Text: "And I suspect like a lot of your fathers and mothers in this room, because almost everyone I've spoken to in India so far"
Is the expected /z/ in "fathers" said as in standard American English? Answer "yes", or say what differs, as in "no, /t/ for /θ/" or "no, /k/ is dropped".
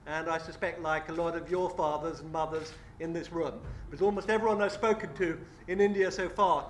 yes